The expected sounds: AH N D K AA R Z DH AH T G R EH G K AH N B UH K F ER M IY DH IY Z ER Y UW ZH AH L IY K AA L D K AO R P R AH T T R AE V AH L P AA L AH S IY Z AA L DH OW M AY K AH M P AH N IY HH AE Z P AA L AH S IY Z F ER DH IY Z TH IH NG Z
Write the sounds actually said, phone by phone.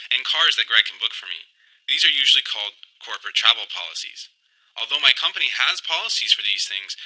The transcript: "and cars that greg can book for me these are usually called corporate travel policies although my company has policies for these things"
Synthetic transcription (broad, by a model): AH N K AA R Z DH AH T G R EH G K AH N B UH K F ER M IY DH IY Z ER Y UW ZH L IY K AA L D K AO R P R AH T T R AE V L P AA L AH S IY Z AA L DH OW M AY K AH M P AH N IY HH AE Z P AA L AH S IY Z F ER DH IY Z TH IH NG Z